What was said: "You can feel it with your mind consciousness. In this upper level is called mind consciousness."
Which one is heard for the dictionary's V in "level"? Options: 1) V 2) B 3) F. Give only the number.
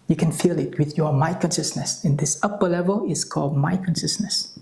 1